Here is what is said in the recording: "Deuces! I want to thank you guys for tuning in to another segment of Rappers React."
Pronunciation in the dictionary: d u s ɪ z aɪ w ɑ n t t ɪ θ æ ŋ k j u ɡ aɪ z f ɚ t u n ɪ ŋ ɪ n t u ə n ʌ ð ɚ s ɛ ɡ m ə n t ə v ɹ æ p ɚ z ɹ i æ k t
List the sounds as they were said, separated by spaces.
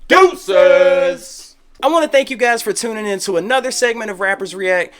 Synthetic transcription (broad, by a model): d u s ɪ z aɪ w ɑ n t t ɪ θ æ ŋ k j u ɡ aɪ z f ɚ t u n ɪ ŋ ɪ n t u ə n ʌ ð ɚ s ɛ ɡ m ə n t ə v ɹ æ p ɚ z ɹ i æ k t